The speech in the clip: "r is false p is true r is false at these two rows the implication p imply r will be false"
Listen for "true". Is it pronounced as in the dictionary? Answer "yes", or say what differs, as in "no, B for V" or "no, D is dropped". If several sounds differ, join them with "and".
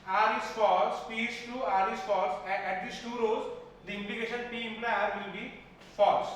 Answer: no, R is dropped